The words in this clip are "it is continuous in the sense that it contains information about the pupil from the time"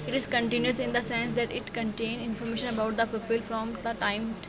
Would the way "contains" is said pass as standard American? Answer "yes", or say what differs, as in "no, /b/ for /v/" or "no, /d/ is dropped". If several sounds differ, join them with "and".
no, /z/ is dropped